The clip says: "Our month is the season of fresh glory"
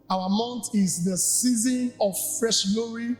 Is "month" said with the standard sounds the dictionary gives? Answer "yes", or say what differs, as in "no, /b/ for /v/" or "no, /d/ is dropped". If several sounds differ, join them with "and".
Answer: no, /t/ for /θ/